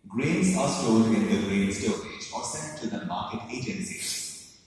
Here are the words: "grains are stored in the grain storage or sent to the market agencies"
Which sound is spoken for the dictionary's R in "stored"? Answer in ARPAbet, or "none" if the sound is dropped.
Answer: L